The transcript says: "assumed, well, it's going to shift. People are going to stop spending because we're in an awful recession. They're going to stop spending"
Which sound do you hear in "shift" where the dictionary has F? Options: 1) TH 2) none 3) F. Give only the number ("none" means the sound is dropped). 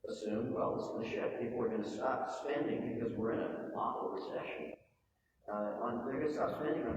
2